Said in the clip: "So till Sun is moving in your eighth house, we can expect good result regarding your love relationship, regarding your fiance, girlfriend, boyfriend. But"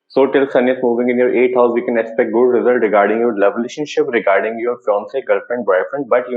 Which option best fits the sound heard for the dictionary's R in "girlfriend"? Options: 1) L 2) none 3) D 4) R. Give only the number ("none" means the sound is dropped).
2